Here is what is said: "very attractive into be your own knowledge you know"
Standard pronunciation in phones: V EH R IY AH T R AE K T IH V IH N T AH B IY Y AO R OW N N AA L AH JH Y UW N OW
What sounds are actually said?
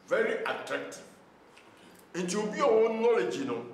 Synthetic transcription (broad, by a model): V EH R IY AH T R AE K T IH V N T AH B IY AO W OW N N AA L AH JH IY N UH